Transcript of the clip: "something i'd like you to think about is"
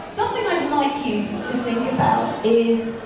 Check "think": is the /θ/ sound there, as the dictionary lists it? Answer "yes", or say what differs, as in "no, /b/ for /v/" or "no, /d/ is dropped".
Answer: yes